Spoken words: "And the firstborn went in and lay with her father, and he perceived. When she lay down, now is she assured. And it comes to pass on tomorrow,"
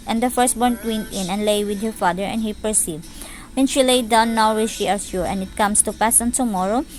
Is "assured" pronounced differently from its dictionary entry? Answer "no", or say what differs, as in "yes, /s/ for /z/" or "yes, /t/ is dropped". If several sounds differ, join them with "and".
yes, /d/ is dropped